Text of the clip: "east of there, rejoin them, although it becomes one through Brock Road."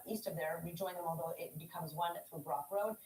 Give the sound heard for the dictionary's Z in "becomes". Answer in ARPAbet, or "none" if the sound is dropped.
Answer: Z